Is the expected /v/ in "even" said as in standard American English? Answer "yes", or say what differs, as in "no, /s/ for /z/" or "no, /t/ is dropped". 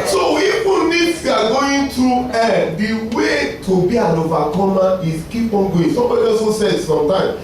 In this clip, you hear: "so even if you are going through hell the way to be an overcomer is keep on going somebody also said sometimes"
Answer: no, /f/ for /v/